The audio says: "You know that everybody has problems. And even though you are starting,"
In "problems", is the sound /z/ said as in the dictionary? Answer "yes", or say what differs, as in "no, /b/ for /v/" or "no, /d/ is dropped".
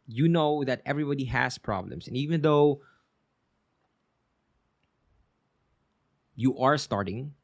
no, /s/ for /z/